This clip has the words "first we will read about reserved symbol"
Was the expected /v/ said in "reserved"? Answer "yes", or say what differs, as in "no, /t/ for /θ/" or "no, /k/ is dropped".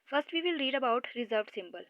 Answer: yes